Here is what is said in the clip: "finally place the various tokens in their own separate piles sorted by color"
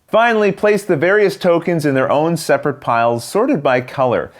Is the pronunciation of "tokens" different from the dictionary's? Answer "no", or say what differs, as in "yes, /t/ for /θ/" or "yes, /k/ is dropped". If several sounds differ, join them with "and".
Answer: no